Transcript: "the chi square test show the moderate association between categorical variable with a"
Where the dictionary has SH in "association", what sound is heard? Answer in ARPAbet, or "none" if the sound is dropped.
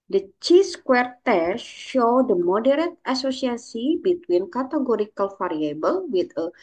S